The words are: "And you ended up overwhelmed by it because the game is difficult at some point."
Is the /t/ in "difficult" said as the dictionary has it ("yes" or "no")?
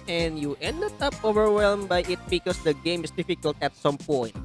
yes